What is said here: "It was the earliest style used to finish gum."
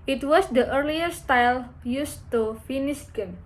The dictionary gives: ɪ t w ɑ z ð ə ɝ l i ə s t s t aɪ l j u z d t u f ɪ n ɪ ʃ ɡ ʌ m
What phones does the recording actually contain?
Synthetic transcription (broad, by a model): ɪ t w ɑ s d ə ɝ l i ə t s t aɪ l j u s t u f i n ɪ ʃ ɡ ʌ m